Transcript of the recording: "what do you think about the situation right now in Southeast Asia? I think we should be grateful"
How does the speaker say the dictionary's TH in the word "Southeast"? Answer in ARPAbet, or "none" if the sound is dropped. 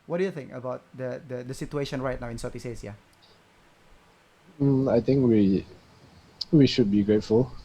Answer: T